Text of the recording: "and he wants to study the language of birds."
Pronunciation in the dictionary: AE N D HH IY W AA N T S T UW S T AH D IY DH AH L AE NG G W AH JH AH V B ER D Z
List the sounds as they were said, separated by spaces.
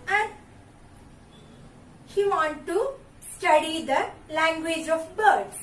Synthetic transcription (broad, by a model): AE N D HH IY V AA N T T UW S T AH D IY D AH L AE NG G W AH JH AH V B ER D